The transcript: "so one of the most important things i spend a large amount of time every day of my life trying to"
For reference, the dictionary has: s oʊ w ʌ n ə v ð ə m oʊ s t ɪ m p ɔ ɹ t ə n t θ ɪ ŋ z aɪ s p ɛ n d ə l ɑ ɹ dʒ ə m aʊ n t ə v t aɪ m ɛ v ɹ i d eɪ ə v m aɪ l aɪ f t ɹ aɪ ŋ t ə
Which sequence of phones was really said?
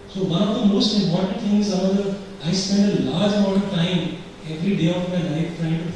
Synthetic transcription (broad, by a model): s oʊ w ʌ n ə v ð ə m oʊ s t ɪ m p ɔ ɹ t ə n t t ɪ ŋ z aɪ s p ɛ n d ə l ɑ ɹ dʒ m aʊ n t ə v t aɪ m ɛ v ɹ i d eɪ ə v m aɪ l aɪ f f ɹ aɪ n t